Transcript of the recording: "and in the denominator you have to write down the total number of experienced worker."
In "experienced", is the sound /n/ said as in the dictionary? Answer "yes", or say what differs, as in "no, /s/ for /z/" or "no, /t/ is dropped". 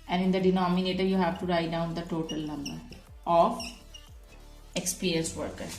no, /l/ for /n/